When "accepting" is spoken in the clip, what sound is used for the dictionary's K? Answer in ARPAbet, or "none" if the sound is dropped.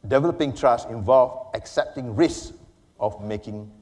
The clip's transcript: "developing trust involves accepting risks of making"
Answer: K